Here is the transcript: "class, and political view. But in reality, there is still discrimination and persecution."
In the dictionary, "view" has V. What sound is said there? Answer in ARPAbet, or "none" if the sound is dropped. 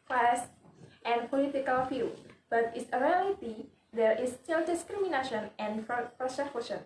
F